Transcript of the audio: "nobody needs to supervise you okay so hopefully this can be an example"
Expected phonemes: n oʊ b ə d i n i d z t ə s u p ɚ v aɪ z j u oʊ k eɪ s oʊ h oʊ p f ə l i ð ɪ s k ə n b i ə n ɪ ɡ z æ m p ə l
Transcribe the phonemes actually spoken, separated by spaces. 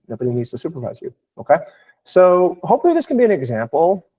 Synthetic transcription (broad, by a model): n oʊ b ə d i n i d z t ə s u p ɚ v aɪ z j u oʊ k eɪ s oʊ h oʊ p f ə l i ð ɪ s k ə n b i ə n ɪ ɡ z æ m p l